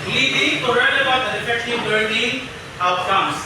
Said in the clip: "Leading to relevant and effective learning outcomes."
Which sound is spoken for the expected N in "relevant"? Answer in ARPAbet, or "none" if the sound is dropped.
none